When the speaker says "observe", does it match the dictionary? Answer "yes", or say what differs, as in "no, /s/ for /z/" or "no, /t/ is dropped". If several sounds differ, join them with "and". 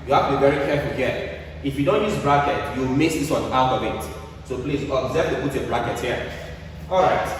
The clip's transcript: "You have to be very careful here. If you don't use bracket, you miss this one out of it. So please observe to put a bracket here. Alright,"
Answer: no, /b/ is dropped